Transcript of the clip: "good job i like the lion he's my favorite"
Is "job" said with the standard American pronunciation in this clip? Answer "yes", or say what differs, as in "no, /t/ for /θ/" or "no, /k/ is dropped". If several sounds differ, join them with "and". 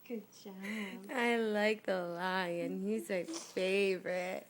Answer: no, /b/ is dropped